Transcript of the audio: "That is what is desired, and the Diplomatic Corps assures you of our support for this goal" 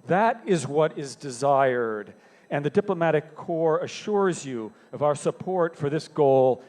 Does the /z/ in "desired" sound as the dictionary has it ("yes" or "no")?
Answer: yes